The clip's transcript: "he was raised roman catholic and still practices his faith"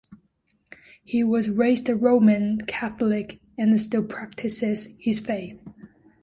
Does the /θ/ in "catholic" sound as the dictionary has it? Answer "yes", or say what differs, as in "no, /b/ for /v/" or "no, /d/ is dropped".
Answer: yes